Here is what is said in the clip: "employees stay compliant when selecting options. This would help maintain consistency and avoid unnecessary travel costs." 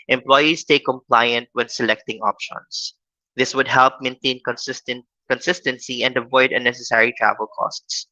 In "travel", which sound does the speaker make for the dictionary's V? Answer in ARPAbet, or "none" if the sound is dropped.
V